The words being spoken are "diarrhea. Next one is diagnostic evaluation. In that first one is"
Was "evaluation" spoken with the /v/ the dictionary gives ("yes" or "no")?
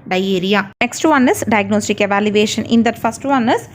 yes